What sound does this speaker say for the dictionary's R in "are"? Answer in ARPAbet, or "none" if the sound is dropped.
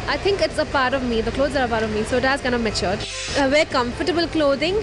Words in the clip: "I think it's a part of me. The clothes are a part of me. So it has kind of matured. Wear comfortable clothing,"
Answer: R